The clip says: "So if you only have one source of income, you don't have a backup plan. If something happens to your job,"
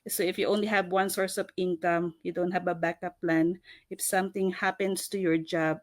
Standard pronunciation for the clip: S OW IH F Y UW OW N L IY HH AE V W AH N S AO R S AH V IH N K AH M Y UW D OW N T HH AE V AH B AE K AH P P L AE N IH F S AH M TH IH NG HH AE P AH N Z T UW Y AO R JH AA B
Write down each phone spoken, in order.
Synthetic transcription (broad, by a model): S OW IH F Y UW OW N L IY HH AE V W AH N S AO R S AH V IH N K AH M Y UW D OW N T HH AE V AH B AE K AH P P L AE N IH F S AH M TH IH NG HH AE P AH N S T UW Y AO R JH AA B